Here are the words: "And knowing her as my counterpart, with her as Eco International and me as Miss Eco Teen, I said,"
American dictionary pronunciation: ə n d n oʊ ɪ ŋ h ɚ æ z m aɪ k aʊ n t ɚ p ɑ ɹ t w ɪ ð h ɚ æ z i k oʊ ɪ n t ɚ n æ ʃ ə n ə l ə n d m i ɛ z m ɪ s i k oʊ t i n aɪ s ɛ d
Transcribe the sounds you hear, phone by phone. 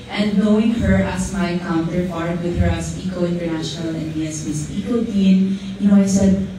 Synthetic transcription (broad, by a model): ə n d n oʊ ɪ ŋ h ɚ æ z m aɪ k aʊ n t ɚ f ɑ ɹ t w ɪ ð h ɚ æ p i k oʊ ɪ n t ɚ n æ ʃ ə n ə l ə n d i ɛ s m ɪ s i k oʊ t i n aɪ s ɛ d